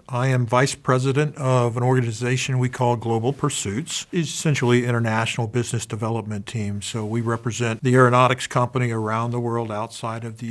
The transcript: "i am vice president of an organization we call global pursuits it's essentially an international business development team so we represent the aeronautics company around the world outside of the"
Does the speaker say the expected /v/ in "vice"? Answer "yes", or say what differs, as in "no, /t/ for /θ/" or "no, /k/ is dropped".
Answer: yes